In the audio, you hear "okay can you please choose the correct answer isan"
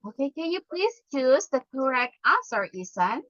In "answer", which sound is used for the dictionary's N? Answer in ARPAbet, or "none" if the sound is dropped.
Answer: none